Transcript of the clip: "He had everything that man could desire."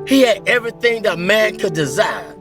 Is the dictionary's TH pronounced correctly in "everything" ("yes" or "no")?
yes